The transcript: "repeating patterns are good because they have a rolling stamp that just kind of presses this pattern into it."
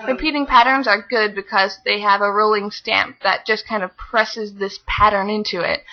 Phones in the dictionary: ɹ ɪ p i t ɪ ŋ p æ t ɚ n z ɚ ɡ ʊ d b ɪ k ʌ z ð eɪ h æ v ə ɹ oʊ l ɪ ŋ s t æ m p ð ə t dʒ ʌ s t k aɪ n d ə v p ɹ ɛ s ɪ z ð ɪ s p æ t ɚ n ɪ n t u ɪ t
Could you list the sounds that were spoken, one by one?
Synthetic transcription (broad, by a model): ɹ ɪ p i t ɪ ŋ p æ t ɚ n z ɚ ɡ ʊ d b ɪ k ʌ z ð eɪ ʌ v ə ɹ oʊ l ɪ ŋ s t æ m p ð ə t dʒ ʌ s k aɪ n d ə v p ɹ ɛ s ɪ z ð ɪ s p æ t ɚ n ɪ n t u ɪ t